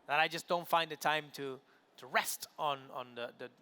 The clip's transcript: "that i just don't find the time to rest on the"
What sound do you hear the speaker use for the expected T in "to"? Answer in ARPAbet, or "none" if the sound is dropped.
T